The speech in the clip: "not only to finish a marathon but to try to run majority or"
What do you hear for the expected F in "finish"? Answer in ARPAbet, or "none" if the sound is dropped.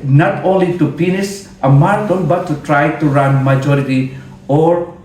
P